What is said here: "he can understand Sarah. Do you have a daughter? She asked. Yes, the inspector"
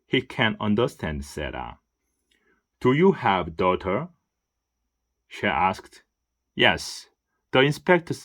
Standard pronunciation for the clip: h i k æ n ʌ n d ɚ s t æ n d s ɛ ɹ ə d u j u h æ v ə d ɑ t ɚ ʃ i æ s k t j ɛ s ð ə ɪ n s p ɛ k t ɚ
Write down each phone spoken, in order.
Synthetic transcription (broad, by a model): h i k æ n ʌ n d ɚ s t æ n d s ɛ ɹ ə d u j u h æ v d ɑ t ɚ ʃ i æ s k t j ɛ s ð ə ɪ n s p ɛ k t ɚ